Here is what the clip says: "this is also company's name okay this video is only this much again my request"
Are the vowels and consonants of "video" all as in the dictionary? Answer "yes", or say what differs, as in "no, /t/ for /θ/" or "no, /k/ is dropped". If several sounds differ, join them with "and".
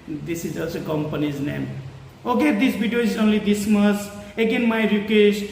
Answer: no, /b/ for /v/